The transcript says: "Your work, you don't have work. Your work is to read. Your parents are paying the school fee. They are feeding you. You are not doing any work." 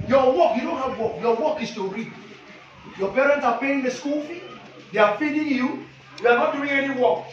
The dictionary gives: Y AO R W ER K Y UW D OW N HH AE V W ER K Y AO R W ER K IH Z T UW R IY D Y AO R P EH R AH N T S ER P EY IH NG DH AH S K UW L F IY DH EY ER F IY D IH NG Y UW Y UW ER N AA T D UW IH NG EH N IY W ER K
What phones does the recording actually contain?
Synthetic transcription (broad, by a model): Y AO W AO K Y UW D OW N HH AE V W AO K Y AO W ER K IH S T UW R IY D Y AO P EH R AH N T S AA P EY IH NG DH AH S K UW L F IY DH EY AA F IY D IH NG Y UW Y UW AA N AA T D UW IH NG EH N IY W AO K